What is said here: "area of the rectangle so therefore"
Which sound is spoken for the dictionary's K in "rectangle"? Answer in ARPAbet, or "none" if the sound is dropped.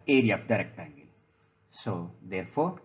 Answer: K